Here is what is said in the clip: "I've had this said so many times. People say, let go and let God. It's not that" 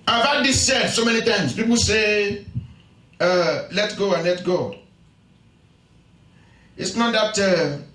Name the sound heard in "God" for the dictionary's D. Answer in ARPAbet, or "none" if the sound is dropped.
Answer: none